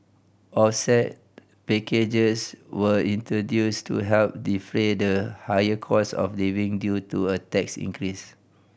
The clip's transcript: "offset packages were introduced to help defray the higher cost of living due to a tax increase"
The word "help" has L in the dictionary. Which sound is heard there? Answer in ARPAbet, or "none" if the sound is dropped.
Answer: L